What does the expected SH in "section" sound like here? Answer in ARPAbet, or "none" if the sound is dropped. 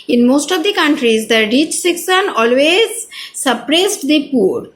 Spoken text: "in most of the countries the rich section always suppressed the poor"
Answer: S